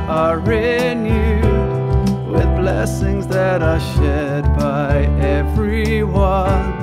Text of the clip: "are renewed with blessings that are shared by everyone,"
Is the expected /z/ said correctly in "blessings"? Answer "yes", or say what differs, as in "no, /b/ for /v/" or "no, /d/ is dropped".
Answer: yes